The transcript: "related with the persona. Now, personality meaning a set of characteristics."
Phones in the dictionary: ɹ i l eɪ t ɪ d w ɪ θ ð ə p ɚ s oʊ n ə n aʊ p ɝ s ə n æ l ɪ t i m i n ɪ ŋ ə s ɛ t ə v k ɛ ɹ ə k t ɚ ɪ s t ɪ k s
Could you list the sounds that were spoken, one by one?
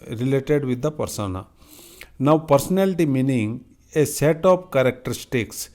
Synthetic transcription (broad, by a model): ɹ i l eɪ t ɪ d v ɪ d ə p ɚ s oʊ n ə n aʊ p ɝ s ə n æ l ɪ t i m i n ɪ ŋ ə s ɛ t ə p k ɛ ɹ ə k t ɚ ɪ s t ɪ k s